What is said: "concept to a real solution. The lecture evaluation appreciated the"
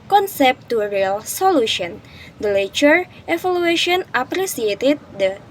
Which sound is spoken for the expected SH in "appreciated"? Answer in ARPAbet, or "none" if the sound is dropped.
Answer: S